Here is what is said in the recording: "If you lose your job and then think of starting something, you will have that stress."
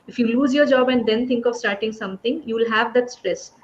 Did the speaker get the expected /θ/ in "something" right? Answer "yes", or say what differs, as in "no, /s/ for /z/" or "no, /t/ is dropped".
no, /t/ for /θ/